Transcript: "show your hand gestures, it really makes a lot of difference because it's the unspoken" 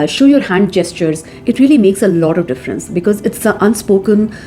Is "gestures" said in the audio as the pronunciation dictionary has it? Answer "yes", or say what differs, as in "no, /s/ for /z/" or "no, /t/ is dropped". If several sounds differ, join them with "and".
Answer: yes